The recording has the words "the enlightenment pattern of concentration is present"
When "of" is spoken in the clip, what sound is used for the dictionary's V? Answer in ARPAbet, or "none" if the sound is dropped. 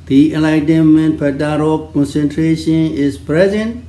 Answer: P